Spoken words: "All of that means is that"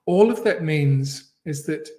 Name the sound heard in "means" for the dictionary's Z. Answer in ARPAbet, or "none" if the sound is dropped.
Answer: Z